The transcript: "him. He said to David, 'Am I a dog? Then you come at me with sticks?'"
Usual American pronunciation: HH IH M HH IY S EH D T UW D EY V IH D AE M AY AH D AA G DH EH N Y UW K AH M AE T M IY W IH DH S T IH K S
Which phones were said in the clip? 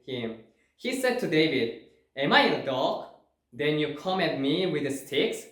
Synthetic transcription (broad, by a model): HH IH M HH IY S EH D T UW D EY V IH D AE M AY AH D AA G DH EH N Y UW K AH M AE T M IY W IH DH S T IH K S